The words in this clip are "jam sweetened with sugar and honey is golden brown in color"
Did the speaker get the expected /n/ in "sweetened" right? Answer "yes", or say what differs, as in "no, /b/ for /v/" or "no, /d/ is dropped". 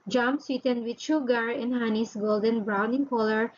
yes